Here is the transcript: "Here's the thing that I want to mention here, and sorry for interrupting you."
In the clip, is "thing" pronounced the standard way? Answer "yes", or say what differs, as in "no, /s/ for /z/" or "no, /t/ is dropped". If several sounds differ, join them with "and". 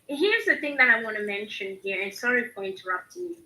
yes